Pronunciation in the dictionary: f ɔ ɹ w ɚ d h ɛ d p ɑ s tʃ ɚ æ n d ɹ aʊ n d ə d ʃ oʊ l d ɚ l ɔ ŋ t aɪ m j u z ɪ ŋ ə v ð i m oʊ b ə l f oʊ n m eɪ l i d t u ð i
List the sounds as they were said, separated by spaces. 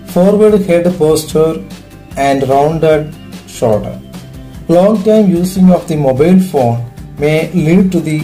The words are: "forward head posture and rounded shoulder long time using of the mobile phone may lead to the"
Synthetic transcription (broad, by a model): f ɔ ɹ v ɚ d h ɛ d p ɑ s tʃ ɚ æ n d ɹ aʊ n d ə d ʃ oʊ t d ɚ l ɔ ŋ t aɪ m j u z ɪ ŋ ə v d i m oʊ b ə l f oʊ n m eɪ l i d t u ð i